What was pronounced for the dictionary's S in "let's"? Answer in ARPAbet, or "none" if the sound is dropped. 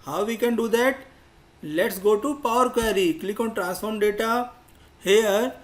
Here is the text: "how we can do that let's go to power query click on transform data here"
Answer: S